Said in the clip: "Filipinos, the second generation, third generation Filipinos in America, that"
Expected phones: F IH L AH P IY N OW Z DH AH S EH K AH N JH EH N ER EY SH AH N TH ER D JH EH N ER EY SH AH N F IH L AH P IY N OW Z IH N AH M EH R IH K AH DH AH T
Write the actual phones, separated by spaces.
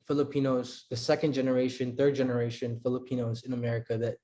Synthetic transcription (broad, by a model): F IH L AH P IY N OW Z DH AH S EH K AH N JH EH N ER EY SH AH N TH ER D JH EH N ER EY SH AH N F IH L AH P IY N OW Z IH N AH M EH R IH K AH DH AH T